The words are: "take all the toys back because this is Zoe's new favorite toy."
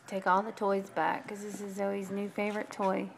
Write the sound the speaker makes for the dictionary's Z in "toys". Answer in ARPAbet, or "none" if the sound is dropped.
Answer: Z